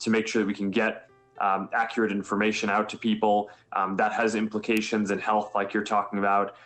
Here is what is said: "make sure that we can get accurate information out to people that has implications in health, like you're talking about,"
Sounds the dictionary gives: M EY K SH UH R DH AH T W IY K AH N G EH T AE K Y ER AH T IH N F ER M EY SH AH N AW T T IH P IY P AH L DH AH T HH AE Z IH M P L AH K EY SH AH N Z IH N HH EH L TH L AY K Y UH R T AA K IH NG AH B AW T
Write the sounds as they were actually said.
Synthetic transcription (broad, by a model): M EY K SH UH R DH AH T W IY K N G EH T AE K Y ER AH T IH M F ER M EY SH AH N AW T T IH P IY P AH L DH AH T HH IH Z IH M P L AH K EY SH AH N Z IH N HH EH L TH L AY K Y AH R T AA K IH NG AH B AW T